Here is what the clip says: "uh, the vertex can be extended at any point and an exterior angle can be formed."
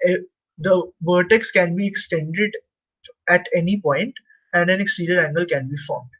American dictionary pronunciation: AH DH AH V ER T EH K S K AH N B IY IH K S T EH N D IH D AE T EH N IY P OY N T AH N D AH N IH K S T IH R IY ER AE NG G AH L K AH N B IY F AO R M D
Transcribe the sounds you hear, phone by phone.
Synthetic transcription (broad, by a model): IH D AH V ER T EH K S K AH N B IY IH K S T EH N D IH D AE T EH N IY P OY N T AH N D AH N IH K S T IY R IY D AE NG G AH L K AH N B IY F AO R M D